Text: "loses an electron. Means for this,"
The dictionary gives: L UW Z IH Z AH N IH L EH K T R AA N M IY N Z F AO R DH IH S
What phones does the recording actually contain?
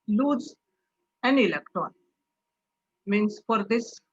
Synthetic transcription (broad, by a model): L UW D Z AH N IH L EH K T AA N M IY N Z F AO R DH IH S